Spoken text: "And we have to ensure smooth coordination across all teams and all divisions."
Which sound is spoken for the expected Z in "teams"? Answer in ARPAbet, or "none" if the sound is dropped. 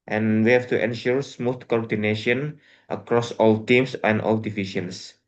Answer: S